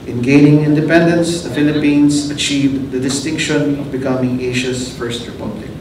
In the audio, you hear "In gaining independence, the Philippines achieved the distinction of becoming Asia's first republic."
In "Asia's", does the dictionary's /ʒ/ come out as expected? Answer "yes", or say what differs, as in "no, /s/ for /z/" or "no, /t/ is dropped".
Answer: no, /ʃ/ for /ʒ/